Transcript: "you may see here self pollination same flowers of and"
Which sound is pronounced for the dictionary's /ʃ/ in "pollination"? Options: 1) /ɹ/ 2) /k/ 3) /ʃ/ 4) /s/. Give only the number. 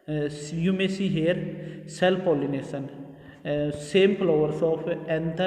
4